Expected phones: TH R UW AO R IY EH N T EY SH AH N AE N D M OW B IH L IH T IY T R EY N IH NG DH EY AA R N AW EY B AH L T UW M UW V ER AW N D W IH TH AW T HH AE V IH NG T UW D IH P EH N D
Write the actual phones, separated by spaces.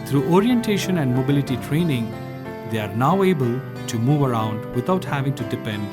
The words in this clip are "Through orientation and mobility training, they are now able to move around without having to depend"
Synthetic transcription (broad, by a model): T R UW AO R IY EH N T EY SH AH N AE N D M OW B IH L IH T IY T R EY N IH NG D EY AA R N AW EY B AH L T UW M UW V ER AW N D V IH T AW T HH AE V IH NG T UW D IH P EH N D